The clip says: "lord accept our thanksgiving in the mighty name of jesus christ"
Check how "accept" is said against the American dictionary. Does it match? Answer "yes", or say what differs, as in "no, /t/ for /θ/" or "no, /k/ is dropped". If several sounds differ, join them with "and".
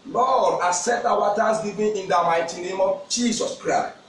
no, /k/ is dropped and /p/ is dropped